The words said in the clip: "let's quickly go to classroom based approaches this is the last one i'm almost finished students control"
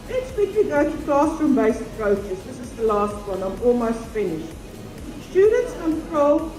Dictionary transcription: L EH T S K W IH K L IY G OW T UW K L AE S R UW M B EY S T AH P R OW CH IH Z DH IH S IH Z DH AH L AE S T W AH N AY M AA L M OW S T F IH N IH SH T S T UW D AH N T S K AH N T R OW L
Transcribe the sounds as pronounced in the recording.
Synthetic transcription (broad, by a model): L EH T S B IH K IY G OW T UW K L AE S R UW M B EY S AH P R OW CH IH S DH IH S IH Z DH AH L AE S T W AH N AY M AA L M OW S T F IH N IH SH T S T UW D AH N T S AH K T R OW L